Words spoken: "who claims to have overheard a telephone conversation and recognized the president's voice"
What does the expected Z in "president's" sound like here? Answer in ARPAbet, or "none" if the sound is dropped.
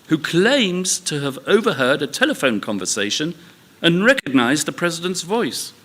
Z